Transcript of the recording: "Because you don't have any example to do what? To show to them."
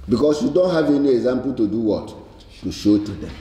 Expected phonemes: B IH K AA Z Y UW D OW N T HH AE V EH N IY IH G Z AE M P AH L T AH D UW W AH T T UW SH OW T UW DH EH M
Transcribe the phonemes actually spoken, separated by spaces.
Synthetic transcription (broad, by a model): B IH K AA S Y UW D OW N T HH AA V EH N IY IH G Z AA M P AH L T AH D UW W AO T T UW SH OW T UW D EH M